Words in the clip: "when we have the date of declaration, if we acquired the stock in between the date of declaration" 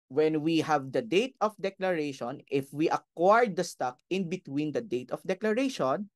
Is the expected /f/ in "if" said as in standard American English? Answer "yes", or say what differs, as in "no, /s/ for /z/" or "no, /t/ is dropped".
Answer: yes